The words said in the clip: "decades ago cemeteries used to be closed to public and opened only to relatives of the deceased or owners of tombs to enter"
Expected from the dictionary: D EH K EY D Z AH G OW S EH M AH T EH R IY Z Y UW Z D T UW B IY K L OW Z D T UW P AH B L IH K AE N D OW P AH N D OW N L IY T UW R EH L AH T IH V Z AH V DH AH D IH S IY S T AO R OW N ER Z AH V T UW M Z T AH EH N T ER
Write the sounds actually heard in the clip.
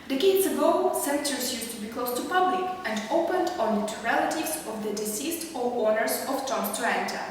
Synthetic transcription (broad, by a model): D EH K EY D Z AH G OW S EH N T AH R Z Y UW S T UW B IY K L OW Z T UW P AH B L IH K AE N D OW P AH N D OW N IY T UW R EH L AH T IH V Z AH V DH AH D IH S IY S T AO W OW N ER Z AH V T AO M S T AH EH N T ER